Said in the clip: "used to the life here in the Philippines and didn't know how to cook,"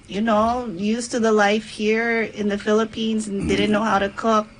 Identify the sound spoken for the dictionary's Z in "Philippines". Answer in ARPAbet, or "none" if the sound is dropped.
Z